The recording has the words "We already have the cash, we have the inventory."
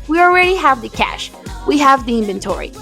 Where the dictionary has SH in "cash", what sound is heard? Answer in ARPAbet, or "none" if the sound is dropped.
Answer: SH